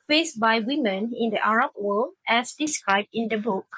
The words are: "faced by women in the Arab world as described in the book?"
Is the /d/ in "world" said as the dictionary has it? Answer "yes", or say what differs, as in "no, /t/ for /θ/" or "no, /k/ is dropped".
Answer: no, /d/ is dropped